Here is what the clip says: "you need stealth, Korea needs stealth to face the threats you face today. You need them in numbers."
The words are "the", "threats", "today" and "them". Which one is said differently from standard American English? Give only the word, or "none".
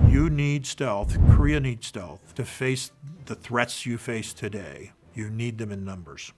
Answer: none